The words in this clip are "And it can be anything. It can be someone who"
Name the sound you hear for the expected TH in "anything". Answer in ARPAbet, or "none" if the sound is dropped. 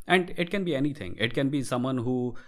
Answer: T